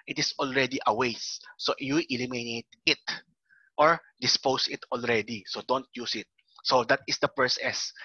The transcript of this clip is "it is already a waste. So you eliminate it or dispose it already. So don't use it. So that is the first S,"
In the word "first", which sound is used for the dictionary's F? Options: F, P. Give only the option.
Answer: P